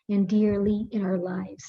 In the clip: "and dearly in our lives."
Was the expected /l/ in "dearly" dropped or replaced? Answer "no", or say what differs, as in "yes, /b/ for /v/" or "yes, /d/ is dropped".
no